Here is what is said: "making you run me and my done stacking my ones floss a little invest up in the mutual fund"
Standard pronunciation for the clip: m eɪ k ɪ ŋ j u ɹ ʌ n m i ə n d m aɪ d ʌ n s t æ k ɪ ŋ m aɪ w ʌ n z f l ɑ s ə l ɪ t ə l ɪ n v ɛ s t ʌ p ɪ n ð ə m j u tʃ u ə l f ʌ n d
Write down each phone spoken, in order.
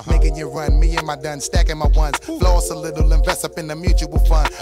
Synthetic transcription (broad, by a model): m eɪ k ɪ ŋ j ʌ ɹ ʌ n m i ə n m aɪ d ʌ n s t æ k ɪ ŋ m aɪ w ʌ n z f l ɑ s ə l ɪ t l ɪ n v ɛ s ʌ p ɪ n ð ə m j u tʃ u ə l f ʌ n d